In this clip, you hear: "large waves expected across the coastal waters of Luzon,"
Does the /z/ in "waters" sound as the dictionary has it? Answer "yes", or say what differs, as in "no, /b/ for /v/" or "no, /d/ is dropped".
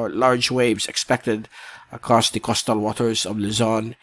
yes